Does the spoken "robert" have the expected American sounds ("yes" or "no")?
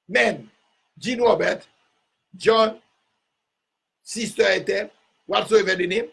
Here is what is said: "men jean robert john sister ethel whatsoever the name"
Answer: no